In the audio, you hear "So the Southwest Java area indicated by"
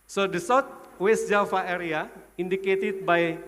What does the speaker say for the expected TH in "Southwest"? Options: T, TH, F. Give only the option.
T